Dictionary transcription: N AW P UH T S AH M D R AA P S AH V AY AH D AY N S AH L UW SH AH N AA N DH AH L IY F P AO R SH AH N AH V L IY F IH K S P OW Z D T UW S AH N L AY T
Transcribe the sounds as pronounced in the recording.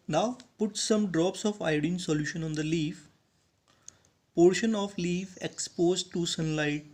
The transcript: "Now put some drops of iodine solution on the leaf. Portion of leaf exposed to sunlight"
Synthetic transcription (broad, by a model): N AW P UH T S AH M D R AA P S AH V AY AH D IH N S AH L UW SH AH N AA N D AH L IY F P AO R SH AH N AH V L IY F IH K S P OW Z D T UW S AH N L AY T